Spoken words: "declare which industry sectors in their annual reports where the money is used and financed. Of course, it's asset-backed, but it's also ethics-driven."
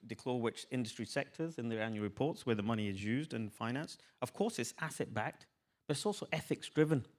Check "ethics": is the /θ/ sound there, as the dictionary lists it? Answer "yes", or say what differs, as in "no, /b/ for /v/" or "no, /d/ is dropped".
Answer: yes